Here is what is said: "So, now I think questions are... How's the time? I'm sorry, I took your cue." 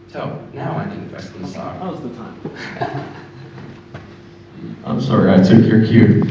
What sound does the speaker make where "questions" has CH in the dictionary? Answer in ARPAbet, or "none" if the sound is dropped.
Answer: S